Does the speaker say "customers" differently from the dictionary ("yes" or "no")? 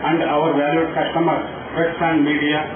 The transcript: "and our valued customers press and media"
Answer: yes